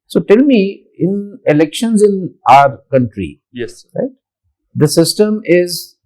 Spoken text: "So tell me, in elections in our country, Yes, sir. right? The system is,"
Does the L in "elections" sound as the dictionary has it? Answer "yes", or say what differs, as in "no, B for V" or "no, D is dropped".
yes